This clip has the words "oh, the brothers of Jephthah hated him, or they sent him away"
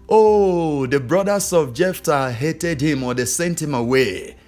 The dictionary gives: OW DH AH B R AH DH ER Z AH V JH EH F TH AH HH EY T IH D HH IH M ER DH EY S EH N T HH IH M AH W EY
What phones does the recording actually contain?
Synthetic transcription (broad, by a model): OW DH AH B R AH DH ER S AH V JH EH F T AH HH EY T IH D HH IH M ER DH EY S EH N T HH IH M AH W EY